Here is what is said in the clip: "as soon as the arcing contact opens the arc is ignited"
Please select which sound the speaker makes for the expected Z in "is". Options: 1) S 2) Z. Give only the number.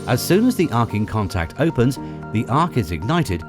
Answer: 2